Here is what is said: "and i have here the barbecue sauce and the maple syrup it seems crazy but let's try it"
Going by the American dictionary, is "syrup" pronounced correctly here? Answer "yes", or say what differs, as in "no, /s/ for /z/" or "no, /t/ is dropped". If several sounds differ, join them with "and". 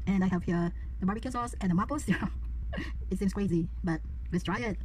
no, /p/ is dropped